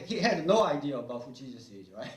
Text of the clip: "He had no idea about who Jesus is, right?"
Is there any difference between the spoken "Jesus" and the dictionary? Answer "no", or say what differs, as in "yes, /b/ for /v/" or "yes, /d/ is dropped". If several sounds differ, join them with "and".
yes, /tʃ/ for /dʒ/